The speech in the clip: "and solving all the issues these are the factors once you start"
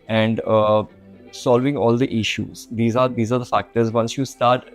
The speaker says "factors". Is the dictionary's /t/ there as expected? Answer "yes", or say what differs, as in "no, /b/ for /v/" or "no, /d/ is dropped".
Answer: yes